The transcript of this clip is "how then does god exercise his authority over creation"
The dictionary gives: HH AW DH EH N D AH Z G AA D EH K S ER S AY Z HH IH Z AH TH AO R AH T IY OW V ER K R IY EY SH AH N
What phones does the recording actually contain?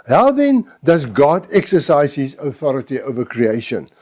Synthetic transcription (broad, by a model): HH AW DH EH N D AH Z G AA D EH K S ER S AY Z HH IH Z AH TH AO R AH T IY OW V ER K R IY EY SH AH N